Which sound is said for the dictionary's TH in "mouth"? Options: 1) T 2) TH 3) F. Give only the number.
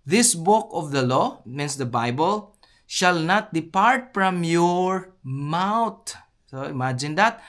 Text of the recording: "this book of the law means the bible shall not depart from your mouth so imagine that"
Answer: 1